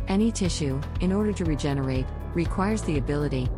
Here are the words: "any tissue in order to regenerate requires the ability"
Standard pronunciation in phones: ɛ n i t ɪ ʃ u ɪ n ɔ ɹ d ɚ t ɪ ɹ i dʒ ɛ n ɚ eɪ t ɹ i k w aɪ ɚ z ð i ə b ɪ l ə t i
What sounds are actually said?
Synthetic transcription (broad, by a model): ɛ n i t ɪ ʃ u ɪ n ɔ ɹ d ɚ t ɪ ɹ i dʒ ɛ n ɚ eɪ t ɹ i k w aɪ ɚ z ð i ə b ɪ l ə t i